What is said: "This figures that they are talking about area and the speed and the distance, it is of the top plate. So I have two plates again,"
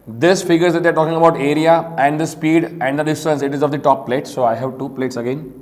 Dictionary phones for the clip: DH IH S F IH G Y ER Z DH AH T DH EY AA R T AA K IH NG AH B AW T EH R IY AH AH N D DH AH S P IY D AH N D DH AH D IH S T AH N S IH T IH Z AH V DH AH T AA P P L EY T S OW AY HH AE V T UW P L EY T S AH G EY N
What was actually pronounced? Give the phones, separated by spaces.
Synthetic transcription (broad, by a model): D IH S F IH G ER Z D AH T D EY AA R T AA K IH NG AH B AW T EH R IY AH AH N D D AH S P IY D AH N D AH D IH S T AH N S IH T IH Z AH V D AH T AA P P L EY T S OW AY HH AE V T UW P L EY T S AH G EY N